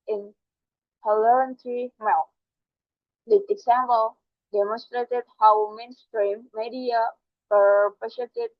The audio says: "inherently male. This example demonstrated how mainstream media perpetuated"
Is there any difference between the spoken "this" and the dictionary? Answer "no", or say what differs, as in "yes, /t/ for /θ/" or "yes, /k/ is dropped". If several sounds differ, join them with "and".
yes, /s/ is dropped